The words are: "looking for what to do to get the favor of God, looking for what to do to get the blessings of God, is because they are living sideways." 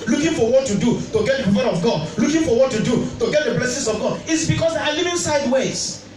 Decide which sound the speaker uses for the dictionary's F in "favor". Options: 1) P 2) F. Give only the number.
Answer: 1